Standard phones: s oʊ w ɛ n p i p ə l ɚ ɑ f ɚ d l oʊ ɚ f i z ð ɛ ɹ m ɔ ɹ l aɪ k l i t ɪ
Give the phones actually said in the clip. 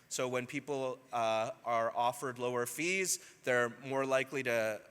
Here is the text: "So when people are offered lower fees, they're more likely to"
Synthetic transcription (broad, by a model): s oʊ w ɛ n p i p l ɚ ɑ f ɚ d l oʊ ɚ f i z ð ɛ ɹ m ɔ ɹ l aɪ k l i t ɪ